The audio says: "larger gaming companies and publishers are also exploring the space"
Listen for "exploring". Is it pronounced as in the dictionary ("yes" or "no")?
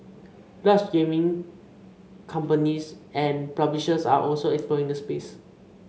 no